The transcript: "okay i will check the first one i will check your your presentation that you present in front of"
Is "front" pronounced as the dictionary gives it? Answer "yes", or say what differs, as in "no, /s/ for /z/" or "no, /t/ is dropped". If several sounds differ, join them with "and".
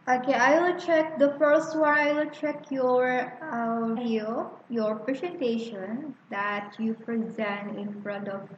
yes